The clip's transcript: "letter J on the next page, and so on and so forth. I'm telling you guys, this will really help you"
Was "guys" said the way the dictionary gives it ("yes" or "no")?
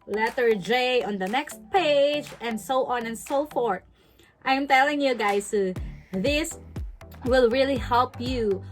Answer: no